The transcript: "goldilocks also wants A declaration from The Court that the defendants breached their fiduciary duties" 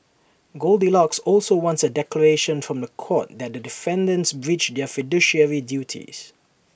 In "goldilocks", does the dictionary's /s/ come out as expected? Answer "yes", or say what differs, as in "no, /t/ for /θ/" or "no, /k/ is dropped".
yes